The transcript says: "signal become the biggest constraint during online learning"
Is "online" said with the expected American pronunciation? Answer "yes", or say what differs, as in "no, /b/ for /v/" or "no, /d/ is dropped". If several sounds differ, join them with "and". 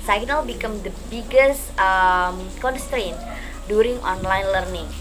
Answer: yes